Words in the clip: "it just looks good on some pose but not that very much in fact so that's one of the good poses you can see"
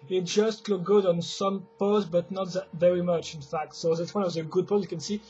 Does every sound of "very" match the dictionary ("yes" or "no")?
yes